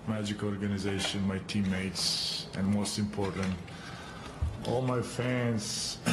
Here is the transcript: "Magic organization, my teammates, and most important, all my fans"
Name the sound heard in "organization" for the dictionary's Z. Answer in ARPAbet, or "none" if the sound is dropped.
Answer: Z